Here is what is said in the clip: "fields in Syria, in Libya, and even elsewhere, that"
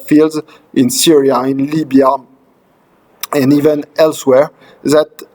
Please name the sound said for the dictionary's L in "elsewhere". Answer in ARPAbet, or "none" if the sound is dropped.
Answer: L